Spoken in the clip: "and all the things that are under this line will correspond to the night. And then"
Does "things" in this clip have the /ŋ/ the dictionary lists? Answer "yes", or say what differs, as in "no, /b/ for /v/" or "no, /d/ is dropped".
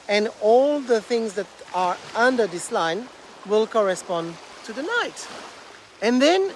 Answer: yes